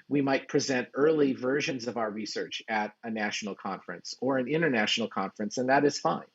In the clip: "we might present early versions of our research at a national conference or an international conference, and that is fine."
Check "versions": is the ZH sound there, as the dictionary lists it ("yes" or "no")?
yes